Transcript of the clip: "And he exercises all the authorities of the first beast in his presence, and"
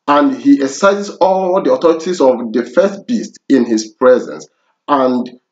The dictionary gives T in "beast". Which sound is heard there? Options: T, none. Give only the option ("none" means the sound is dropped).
T